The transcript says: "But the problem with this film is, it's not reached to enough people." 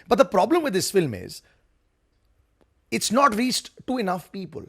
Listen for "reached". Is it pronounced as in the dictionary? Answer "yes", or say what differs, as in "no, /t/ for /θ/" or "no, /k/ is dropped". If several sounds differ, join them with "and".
no, /s/ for /tʃ/